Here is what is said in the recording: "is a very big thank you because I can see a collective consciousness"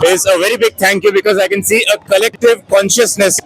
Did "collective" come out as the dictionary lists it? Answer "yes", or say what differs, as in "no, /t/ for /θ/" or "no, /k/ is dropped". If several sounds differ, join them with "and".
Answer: yes